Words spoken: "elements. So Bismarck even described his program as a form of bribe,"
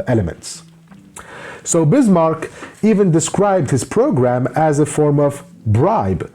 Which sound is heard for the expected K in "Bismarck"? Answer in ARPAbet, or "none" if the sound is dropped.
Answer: K